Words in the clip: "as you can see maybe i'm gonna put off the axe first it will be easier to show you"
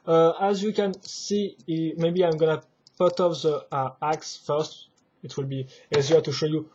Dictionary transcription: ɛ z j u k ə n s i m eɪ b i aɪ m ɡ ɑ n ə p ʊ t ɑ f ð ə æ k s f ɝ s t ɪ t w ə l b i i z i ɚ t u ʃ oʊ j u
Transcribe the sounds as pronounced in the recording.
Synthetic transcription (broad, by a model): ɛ z j u k ə n s i m eɪ b i aɪ m ɡ ɑ n ə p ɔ t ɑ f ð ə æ k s f ɝ s t ɪ t w ə l b i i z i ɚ t u ʃ oʊ j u